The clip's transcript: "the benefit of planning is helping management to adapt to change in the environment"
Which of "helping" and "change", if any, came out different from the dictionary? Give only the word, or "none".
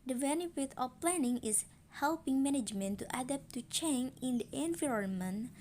change